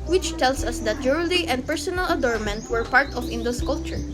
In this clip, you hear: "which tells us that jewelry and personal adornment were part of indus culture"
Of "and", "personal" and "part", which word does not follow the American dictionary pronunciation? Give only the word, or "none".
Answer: none